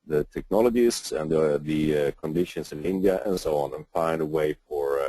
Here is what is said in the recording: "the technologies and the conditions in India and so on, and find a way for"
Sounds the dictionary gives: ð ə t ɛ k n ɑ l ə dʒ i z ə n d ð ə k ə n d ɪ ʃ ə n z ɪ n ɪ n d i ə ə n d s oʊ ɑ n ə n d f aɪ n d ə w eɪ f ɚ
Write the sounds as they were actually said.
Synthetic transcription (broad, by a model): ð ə t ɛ k n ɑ l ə dʒ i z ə n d ð ə k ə n d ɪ ʃ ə n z ɪ n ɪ n d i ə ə n s oʊ ɑ n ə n f aɪ n d ə w eɪ f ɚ